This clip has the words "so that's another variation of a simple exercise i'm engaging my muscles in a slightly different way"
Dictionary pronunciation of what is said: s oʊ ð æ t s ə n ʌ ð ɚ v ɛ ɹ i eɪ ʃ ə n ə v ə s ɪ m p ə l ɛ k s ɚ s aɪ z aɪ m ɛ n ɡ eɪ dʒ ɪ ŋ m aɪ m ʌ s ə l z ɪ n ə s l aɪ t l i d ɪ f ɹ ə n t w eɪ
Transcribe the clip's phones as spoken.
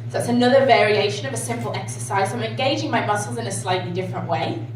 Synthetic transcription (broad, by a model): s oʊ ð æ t s ə n ʌ ð ɚ v ɛ ɹ i eɪ ʃ ə n ə v ə s ɪ m p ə l ɛ k s ɚ s aɪ z aɪ m ɛ n ɡ eɪ dʒ ɪ ŋ m aɪ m ʌ s l z ɪ n ə s l aɪ t l i d ɪ f ɹ ə n t w eɪ